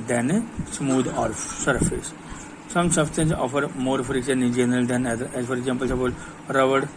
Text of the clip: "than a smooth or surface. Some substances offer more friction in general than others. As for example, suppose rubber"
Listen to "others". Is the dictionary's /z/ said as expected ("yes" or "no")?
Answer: no